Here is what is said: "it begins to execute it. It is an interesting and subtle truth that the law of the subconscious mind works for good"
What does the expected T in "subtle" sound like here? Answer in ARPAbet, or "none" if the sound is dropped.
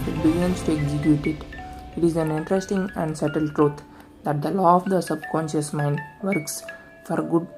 T